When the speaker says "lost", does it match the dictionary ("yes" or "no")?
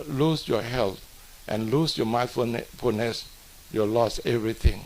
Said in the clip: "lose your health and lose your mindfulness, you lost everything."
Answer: no